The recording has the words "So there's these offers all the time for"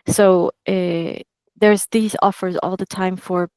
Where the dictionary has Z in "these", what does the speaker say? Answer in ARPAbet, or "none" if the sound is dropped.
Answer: Z